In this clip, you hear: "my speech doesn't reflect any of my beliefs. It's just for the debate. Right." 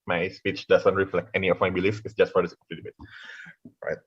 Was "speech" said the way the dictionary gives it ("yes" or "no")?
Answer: yes